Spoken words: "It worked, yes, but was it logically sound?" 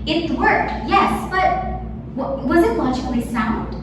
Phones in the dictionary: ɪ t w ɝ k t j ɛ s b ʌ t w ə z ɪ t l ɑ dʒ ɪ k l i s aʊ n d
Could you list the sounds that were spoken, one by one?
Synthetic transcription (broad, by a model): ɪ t w ɝ k t j ɛ s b ʌ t w ə z ɪ t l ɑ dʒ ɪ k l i s aʊ n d